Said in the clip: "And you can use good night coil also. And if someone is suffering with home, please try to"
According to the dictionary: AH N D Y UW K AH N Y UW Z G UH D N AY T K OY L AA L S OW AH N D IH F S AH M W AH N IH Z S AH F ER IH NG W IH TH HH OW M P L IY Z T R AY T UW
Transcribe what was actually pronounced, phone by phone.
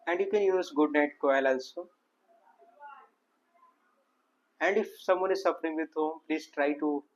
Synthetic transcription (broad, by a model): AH N D Y UW K AH N Y UW Z G UH D N AY T K OY L AA L S OW AH N D IH F S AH M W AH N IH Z S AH F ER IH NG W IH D HH OW M P L IY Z T R AY T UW